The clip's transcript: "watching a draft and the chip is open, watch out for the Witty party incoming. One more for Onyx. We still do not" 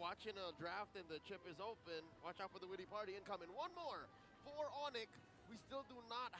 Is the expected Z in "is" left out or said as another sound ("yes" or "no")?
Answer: no